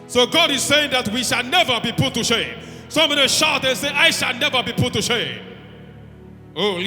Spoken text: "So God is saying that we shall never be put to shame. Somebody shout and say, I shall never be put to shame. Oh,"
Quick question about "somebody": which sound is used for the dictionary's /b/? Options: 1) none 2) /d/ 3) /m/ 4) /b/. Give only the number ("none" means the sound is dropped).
1